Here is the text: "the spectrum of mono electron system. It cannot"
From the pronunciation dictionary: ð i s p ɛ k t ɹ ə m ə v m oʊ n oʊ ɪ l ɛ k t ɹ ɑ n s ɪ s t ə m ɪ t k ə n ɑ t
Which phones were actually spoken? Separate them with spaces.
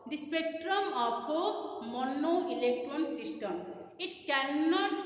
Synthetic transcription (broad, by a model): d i s p ɛ k t ɹ ə m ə p m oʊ n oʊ ɪ l ɛ k t ɹ ɑ n s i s t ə m ɪ t k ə n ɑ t